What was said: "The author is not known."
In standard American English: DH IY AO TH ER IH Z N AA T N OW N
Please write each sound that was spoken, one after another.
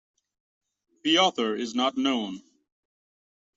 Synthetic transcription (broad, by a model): DH IY AO TH ER IH Z N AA T N OW N